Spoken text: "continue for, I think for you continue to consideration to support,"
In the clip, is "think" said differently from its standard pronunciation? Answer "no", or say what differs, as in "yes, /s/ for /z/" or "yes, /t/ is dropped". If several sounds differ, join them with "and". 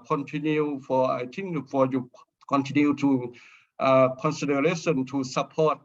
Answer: yes, /t/ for /θ/